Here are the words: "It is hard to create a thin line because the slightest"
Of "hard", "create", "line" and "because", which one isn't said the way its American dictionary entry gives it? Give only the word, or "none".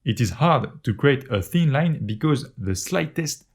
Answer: none